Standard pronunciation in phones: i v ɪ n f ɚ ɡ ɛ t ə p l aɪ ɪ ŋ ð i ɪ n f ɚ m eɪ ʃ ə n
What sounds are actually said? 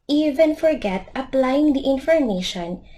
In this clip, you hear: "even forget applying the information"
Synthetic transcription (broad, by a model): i v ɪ n f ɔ ɡ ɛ t ə p l aɪ ɪ ŋ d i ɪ n f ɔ m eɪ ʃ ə n